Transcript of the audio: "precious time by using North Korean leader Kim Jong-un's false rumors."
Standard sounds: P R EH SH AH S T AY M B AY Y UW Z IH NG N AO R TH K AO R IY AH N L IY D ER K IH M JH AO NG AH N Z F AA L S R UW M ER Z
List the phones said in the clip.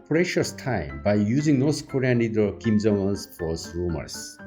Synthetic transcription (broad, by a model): P R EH SH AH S T AY M B AY Y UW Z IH NG N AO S K AO R IY AH N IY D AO K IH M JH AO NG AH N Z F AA S R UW M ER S